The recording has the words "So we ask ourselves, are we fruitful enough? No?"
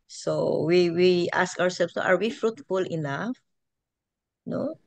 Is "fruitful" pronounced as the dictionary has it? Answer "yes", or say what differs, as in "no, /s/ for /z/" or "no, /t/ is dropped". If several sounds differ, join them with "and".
yes